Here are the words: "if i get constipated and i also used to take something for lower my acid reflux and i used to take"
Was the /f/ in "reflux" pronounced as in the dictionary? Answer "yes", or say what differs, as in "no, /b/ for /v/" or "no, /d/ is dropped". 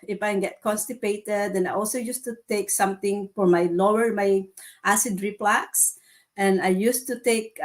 no, /p/ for /f/